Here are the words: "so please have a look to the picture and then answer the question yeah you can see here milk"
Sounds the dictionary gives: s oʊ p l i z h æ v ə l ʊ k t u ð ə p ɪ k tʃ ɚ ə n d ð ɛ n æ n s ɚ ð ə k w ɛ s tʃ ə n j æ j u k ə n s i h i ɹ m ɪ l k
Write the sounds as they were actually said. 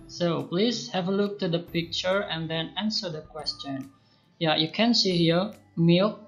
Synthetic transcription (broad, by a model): s oʊ p l i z h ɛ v ə l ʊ k t u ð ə p ɪ k tʃ ɚ ə n d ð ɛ n æ n s ɚ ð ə k w ɛ s tʃ ə n j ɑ j u k ə n s i h i ɹ m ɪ l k